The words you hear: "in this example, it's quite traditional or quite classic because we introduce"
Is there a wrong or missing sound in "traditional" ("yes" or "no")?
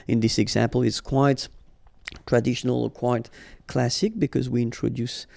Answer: no